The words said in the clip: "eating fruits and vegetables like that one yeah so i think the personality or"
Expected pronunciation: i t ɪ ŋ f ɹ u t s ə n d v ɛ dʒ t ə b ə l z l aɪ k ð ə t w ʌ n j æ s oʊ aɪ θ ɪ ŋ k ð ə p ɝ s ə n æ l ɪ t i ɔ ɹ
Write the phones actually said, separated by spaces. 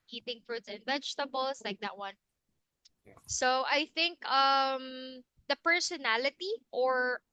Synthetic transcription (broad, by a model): i t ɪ ŋ f ɹ u t s ə n d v ɛ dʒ t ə b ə l s l aɪ k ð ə t w ʌ n s oʊ aɪ θ ɪ ŋ k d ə p ɝ s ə n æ l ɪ t i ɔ ɹ